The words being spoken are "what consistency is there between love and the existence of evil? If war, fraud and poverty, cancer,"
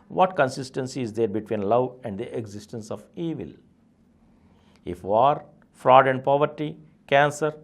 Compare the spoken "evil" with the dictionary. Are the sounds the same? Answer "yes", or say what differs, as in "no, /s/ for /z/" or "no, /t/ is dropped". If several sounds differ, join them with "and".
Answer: yes